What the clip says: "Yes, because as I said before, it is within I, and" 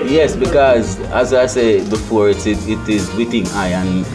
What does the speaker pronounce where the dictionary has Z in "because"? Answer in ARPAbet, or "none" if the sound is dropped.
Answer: Z